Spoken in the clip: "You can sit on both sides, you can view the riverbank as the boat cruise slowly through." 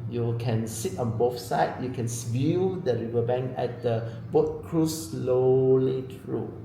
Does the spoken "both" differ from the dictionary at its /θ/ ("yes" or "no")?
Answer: yes